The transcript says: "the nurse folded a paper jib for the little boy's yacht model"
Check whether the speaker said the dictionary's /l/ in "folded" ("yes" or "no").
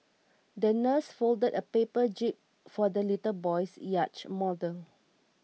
yes